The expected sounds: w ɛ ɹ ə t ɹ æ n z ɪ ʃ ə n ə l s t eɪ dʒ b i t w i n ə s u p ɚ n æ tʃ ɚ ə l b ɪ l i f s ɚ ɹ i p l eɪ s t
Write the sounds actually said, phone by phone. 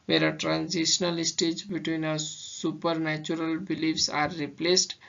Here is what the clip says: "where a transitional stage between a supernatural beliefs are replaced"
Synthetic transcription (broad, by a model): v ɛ ɹ ə t ɹ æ n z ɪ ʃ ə n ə l s t eɪ dʒ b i t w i n ə s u p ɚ n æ tʃ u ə l b ɪ l i f s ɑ ɹ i p l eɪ s t